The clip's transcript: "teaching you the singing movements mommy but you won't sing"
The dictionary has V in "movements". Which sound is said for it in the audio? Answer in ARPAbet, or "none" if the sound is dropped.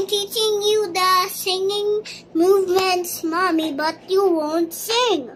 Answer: V